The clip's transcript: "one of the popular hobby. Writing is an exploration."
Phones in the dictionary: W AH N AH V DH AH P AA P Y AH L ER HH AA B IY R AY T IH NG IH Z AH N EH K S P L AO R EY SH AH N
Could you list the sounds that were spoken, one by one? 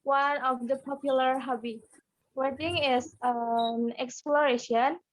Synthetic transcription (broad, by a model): W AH N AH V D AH P AA P Y AH L ER HH AA B IY W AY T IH NG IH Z AH N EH K S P L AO R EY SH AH N